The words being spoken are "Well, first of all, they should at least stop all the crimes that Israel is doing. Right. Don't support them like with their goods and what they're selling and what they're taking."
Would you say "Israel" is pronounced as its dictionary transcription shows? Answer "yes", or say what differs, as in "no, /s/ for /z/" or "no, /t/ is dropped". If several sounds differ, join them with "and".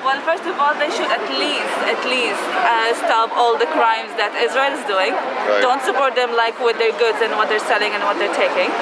yes